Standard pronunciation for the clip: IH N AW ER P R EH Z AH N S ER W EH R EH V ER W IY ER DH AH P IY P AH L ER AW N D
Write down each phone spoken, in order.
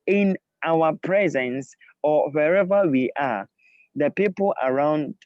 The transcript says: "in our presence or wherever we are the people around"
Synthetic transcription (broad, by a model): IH N AW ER P R EH Z AH N S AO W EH R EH V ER W IY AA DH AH P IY P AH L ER AW N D